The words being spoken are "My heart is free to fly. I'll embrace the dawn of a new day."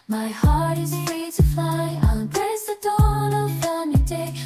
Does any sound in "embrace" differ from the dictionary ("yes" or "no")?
yes